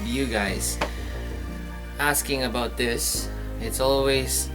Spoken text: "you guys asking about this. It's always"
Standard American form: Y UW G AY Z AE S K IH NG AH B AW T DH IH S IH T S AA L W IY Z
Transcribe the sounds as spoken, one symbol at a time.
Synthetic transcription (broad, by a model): Y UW G AY Z AE S K IH NG AH B AW T DH IH S IH T S AA L W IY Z